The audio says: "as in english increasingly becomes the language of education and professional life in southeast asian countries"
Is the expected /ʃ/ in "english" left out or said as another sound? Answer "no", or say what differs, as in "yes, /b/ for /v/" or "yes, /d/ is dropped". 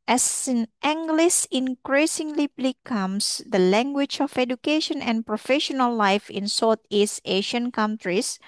yes, /s/ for /ʃ/